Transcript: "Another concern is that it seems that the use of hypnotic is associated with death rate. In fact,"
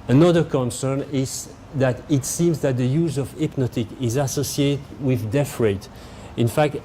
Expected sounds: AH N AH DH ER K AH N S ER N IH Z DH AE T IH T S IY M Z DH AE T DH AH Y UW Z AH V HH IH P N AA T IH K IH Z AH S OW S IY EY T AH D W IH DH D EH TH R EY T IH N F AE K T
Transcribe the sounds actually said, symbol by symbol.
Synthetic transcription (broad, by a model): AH N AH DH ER K AH N S ER N IH Z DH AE T IH T S IY M Z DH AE T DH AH Y UW Z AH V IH P N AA T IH K IH Z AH S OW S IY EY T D W IH DH D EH F R EY T IH N F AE K T